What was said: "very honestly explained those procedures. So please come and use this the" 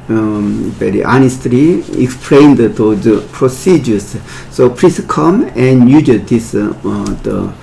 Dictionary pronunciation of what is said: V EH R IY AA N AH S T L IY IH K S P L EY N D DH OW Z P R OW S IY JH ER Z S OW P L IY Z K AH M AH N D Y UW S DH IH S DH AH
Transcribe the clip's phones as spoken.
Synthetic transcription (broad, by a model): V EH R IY AA N AH S T L IY IH K S P L EY N D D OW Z P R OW S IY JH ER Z S OW P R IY S K AH M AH N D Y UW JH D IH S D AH